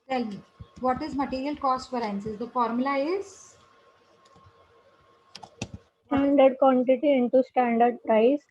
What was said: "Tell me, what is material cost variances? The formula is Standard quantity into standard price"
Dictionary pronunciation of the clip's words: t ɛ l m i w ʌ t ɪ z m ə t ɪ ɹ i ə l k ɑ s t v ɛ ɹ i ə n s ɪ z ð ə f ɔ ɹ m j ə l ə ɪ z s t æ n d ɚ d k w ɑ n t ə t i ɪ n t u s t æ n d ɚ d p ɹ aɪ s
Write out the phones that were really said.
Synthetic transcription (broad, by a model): t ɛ l m i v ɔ t ɪ z m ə t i ɹ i ə l k ɑ s t f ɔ ɹ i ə n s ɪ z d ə f ɔ ɹ m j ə l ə ɪ z s t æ n d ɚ d k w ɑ n t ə t i ɪ n t u s t æ n d ɚ d p ɹ aɪ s